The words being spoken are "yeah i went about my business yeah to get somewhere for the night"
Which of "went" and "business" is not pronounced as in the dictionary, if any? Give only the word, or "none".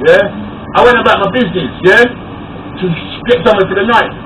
none